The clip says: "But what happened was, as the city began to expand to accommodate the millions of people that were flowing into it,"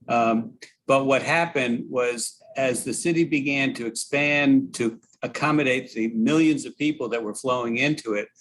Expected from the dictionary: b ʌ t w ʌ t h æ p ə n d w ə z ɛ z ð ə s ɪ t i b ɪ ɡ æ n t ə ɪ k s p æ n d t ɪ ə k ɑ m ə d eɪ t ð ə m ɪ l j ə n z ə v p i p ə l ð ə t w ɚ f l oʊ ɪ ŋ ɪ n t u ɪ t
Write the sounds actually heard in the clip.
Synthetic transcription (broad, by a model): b ʌ t w ʌ t h æ p ə n d w ə z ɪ z ð ə s ɪ t i b ɪ ɡ æ n t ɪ k s p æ n t ɪ ə k ɑ m ə d eɪ t ð ə m ɪ l j ə n z ə v p i p l ð ə t w ɚ f l oʊ ɪ ŋ ɪ n t u ɪ t